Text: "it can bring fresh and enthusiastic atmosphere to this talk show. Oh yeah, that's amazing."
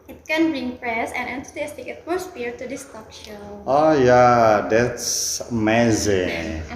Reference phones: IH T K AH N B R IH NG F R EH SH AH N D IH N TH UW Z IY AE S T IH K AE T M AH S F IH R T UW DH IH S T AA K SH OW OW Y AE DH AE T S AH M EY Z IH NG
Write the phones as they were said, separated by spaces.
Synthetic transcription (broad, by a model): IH T K AH N B R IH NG P R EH S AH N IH N T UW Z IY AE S T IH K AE T M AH S F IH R T UW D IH S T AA K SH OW OW Y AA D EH T S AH M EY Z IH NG